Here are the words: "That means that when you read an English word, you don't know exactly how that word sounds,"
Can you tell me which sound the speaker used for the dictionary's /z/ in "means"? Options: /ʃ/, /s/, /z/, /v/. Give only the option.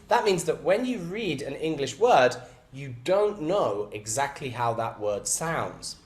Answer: /z/